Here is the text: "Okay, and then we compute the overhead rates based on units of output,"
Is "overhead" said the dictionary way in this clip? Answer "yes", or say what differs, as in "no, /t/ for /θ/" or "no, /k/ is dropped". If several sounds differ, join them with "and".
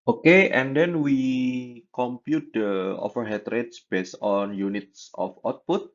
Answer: no, /f/ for /v/